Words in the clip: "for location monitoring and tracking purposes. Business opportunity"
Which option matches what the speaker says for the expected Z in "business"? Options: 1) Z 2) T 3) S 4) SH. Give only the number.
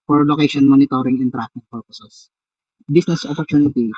3